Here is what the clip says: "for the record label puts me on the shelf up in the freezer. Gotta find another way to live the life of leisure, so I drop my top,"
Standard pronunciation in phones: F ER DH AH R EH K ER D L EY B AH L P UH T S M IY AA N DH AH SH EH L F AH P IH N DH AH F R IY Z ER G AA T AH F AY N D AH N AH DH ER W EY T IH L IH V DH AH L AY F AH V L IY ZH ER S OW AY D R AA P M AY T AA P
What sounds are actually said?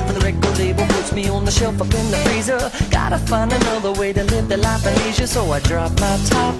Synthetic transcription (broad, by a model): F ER DH AH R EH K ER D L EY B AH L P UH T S M IY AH N DH AH SH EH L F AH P IH N DH AH F R IY Z ER G AA T AH F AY N AH N AH DH ER W EY T IH L IH V DH AH L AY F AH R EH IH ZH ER S OW AY D R AA P M AY T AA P